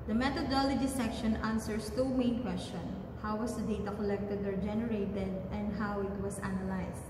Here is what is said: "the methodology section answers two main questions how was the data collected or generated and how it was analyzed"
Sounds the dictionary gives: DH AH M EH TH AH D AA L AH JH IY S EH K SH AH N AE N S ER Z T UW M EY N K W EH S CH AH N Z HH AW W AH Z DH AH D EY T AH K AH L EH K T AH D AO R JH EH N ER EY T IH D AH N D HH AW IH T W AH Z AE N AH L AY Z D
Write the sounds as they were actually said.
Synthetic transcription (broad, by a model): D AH M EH T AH D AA L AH JH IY S EH K SH AH N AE N S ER S T UW M EY N K W EH S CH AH N HH AW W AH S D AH D EY T AH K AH L EH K T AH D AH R JH EH N ER EY T IH D AH N D HH AW IH T W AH S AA N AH L AY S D